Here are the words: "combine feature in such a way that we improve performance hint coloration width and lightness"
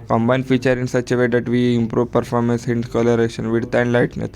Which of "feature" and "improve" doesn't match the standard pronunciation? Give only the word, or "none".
none